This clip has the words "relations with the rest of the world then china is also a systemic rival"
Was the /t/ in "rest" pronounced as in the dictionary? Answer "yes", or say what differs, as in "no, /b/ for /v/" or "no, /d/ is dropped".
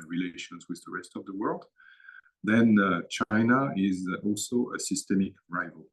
yes